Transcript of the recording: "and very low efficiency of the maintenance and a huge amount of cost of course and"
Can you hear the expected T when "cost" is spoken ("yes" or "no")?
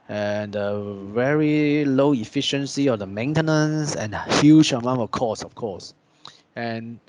no